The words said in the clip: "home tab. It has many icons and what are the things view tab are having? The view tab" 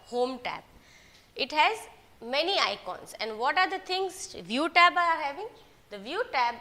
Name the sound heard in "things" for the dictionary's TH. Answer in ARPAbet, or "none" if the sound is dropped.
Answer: T